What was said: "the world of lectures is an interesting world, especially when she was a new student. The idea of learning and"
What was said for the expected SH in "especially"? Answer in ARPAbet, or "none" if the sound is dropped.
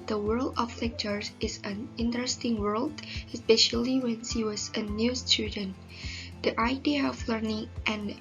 SH